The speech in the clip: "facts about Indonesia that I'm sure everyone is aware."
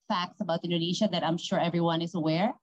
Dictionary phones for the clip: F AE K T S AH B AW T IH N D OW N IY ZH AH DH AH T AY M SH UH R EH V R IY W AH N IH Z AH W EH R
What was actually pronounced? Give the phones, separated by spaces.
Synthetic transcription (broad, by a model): F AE K T S AH B AW T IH N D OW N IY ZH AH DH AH T AY M SH UH R EH V R IY W AH N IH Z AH W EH R